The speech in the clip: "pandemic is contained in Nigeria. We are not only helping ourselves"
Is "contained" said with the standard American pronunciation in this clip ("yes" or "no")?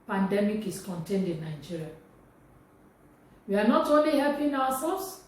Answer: yes